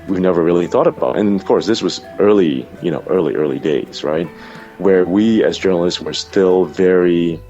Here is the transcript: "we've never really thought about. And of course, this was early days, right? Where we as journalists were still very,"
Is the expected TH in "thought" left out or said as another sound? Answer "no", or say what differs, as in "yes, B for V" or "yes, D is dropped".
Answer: no